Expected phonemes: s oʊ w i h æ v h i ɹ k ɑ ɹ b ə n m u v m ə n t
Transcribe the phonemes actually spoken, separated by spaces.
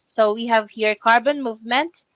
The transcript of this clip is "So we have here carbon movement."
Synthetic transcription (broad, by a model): s oʊ w i h æ v h i ɹ k ɑ ɹ b ə n m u v m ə n t